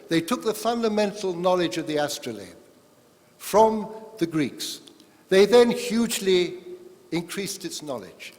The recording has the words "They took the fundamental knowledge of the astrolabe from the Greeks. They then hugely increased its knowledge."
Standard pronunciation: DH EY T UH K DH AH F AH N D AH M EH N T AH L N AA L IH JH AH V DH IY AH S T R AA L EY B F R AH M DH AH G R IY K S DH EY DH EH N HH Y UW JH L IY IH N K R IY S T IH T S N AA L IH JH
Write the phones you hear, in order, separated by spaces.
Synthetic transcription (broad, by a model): DH EY T UH K DH AH F AH N D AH M EH N T L N AA L IH JH AH V DH IY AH S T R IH L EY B F R AH M DH AH G R IY K S DH EY DH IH N HH Y UW JH L IY IH N K R IY S T IH T S N AA L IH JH